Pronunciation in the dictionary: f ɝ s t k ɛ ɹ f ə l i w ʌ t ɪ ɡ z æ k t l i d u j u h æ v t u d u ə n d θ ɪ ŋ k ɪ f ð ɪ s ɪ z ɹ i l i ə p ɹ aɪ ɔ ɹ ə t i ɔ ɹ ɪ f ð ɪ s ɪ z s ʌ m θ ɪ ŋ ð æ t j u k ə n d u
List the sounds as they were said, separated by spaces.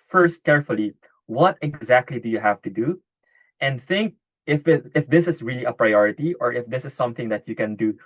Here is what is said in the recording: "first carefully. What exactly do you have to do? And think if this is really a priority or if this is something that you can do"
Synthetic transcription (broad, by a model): f ɝ s t k ɛ ɹ f ə l i w ʌ t ɪ ɡ z æ k t l i d u j u h æ v t u d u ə n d θ ɪ ŋ k ɪ f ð ɪ s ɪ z ɹ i l i ə p ɹ aɪ ɔ ɹ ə t i ɔ ɹ ɪ f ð ɪ s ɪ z s ʌ m θ ɪ ŋ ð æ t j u k ə n d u